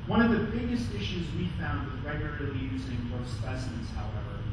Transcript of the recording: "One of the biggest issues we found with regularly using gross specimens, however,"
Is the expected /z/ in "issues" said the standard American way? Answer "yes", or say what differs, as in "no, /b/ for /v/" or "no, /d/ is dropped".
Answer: yes